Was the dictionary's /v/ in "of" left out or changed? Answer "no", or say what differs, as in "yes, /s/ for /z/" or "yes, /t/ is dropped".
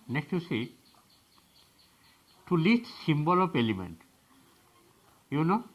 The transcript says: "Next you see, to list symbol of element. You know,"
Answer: yes, /p/ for /v/